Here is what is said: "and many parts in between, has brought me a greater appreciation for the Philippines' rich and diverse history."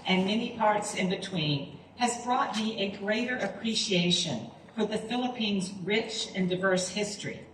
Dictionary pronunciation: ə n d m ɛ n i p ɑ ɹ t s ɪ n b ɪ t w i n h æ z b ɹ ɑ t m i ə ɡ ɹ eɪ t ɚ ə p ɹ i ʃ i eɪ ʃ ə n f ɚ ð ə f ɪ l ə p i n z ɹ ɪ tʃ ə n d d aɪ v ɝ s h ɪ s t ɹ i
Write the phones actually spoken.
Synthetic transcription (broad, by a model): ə n m ɛ n i p ɑ ɹ t s ɪ n b ɪ t w i n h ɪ z b ɹ ɑ t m i ə ɡ ɹ eɪ t ɚ ə p ɹ i ʃ i eɪ ʃ ə n f ɚ ð ə f ɪ l ə p i n z ɹ ɪ tʃ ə n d d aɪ v ɝ s h ɪ s t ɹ i